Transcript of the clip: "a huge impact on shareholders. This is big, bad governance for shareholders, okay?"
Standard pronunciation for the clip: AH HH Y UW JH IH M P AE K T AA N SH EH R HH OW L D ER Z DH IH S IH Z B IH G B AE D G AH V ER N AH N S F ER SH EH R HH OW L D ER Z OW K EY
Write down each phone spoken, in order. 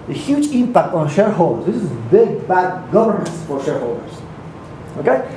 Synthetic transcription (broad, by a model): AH HH Y UW JH IH M P AE K T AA N SH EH R HH OW L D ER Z DH IH S IH Z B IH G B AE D G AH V ER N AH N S F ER SH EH R HH OW L D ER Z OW K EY